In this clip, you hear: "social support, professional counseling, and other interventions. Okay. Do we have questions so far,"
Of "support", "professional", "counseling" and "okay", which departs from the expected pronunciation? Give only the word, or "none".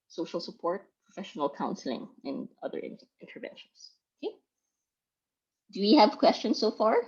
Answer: none